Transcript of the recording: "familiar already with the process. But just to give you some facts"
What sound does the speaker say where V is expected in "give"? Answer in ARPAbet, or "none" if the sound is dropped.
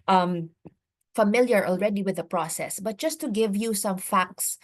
V